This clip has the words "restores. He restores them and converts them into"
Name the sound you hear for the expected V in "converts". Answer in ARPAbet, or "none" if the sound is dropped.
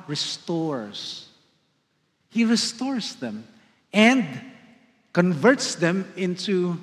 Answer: V